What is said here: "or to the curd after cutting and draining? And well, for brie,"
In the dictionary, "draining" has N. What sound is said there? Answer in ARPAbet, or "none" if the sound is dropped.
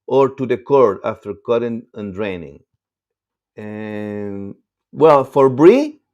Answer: N